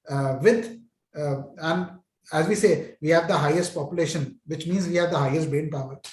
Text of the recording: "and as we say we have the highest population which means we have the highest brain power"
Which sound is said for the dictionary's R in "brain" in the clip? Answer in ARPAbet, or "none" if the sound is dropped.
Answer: none